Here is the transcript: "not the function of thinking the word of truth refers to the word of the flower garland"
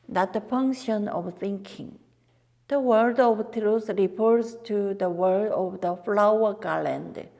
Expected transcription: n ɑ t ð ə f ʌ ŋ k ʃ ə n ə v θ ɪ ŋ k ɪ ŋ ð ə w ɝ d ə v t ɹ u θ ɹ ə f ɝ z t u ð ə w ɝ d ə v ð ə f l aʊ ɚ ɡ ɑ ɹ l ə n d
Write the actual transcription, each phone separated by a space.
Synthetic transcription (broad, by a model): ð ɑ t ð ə f ʌ ŋ k ʃ ə n ə v θ ɪ ŋ k ɪ ŋ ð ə w ɝ d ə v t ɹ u s ɹ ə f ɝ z t u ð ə w ɝ d ə v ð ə f l aʊ ɚ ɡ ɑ l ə n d